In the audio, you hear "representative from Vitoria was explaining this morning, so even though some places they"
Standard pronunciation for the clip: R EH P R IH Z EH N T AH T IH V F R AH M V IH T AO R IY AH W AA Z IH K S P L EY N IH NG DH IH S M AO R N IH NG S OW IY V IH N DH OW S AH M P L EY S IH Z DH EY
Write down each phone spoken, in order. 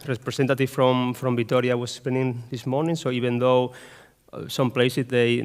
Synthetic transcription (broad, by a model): R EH P R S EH N T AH T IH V F R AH M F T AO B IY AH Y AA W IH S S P EY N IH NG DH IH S M AO R N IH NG S OW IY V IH N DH OW S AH M P L EY S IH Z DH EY